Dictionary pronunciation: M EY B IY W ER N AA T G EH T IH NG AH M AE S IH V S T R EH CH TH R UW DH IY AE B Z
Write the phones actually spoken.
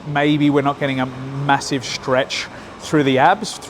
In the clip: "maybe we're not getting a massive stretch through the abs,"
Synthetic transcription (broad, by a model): M EY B IY W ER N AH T G EH T IH NG AH M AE S IH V S T R EH CH TH R UW DH IY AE B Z